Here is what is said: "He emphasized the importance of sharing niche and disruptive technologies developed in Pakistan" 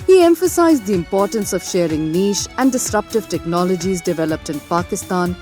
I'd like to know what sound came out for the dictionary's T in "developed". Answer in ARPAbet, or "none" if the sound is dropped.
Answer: T